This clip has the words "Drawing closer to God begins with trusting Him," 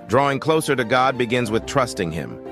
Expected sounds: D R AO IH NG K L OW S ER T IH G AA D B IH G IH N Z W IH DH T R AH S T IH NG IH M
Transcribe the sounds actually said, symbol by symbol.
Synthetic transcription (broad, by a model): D R AO IH NG K L OW S ER T IH G AA D B IH G IH N Z W IH DH T R AH S T IH NG IH M